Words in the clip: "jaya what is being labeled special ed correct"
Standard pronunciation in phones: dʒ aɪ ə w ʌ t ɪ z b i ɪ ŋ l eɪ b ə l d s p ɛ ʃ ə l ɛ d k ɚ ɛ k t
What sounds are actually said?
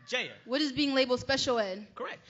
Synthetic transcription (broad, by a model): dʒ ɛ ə w ʌ t ɪ z b i ɪ ŋ l eɪ b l s p ɛ ʃ l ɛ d k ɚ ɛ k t